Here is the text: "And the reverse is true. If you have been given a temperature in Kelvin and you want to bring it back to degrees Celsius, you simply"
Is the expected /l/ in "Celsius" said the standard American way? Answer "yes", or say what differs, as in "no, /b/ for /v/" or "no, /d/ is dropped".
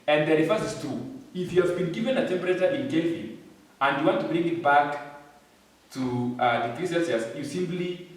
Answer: no, /n/ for /l/